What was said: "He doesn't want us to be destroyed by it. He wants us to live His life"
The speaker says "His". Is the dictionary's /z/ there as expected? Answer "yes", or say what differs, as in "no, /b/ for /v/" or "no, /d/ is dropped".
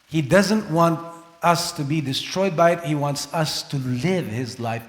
yes